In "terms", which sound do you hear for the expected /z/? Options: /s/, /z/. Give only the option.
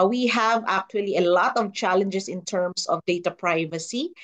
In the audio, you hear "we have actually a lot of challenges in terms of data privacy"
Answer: /s/